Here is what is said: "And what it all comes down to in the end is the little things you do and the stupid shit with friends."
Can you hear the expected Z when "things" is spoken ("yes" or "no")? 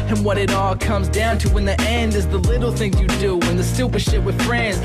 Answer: no